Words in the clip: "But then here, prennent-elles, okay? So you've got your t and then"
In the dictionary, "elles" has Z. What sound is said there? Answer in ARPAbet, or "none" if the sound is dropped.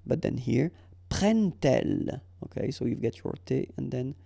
none